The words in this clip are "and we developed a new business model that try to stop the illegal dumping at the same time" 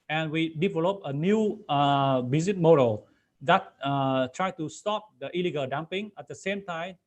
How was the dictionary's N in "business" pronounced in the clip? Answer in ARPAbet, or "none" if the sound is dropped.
none